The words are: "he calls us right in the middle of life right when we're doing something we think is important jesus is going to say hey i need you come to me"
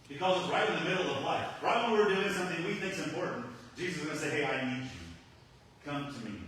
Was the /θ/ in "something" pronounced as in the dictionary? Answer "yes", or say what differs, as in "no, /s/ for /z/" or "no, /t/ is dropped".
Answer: yes